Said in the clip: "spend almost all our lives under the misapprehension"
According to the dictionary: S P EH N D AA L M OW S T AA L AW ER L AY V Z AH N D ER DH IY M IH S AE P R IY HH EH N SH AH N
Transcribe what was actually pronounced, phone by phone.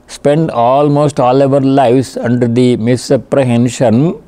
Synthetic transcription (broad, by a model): S P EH N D AA L M OW S T AA L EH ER L AY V S AH N D ER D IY M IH S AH P R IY HH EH N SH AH N